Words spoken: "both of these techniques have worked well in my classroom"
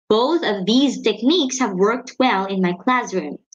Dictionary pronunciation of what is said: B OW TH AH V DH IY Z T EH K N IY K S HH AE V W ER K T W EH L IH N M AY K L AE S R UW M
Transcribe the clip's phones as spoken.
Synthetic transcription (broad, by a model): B OW TH AH V DH IY Z T EH K N IY K S HH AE V W ER K T W EH L IH N M AY K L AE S R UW M